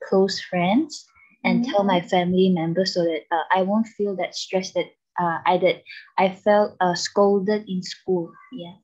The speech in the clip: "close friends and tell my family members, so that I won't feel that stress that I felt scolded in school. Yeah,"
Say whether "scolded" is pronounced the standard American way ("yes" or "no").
yes